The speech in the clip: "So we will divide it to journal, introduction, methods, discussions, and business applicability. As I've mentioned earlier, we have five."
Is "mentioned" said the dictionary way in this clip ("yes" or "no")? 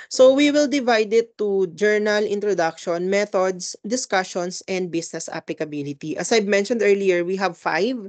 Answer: yes